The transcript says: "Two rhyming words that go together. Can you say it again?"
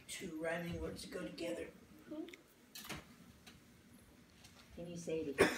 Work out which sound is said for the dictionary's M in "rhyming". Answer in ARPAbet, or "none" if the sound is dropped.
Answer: none